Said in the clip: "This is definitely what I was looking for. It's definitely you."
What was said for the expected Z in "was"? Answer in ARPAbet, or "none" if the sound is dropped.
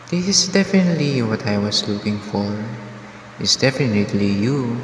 S